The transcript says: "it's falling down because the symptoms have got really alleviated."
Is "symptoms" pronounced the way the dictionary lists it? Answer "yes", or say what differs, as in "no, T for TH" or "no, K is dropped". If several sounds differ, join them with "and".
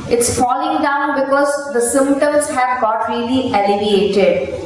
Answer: no, P is dropped